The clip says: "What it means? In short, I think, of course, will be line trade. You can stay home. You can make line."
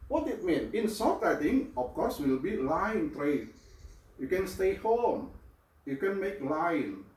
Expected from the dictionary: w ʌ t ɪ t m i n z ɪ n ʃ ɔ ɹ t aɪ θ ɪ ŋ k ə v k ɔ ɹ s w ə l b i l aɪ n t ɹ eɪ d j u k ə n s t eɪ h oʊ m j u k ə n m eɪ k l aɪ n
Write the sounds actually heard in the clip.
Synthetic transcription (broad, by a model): w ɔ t ɪ t m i n ɪ n s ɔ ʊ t aɪ t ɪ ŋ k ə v k ɔ ɹ s w ə l b i l aɪ n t ɹ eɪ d j u k ə n s t eɪ h oʊ m j u k ə n m eɪ k l aɪ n